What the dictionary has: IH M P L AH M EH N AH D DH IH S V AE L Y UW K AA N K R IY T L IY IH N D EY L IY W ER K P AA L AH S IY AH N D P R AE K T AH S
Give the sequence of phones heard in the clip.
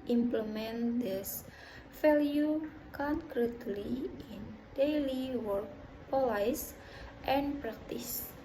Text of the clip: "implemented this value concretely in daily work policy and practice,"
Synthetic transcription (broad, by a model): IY M P L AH M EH N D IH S F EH L Y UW K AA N K R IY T L IY IH N D EY L IY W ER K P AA L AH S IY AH N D P R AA K T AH S